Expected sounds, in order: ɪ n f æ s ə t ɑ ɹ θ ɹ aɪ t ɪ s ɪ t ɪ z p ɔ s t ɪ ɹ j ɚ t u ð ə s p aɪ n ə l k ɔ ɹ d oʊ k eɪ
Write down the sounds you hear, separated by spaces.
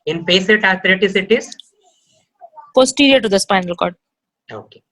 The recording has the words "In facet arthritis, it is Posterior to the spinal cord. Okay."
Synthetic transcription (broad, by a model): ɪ n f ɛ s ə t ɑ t ɹ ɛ t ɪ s ɪ t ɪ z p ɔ s t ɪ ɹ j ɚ t u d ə s p aɪ n ə l k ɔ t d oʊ k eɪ